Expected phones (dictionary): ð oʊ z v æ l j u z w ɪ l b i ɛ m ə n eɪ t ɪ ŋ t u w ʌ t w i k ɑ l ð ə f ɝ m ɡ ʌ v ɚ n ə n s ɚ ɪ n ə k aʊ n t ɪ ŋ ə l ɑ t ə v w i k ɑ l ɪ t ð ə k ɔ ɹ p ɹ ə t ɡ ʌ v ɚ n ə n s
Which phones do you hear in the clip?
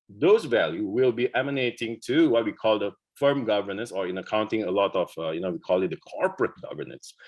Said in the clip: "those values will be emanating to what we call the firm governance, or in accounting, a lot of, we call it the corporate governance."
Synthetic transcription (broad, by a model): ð oʊ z v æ l j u w ɪ l b i ɛ m ə n eɪ t ɪ ŋ t u w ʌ t w i k ɑ l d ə f ɝ m ɡ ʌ v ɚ n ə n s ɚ ɪ n ə k aʊ n t ɪ ŋ ə l ɑ t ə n w i k ɑ l ɪ t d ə k ɔ ɹ p ɹ ə t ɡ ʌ v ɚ n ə n s